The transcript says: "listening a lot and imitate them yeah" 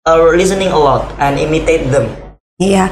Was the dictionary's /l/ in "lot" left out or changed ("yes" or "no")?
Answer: yes